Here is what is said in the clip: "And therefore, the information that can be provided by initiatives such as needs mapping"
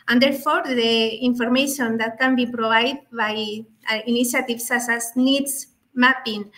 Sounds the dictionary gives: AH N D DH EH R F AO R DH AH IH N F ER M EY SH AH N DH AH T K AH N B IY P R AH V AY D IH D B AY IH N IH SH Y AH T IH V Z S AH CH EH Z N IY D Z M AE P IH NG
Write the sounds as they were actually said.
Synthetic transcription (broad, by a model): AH N D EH R F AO R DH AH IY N F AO M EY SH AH N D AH T K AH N B IY P R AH B AY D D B AY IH N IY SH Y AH T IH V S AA S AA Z N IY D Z M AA P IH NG